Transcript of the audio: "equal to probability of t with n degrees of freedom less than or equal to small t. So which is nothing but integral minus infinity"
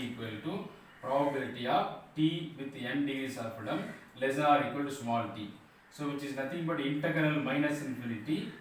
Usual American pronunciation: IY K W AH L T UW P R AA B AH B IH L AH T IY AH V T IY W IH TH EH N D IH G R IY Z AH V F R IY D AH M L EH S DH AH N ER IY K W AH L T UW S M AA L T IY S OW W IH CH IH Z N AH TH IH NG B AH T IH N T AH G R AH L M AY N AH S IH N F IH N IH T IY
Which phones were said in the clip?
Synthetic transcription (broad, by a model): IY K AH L T UW P R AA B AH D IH T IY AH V T IY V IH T EH N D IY S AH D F AH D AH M L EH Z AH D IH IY K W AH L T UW S M AA L T IY S OW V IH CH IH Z N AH T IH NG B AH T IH N T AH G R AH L M AY N AH S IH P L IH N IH T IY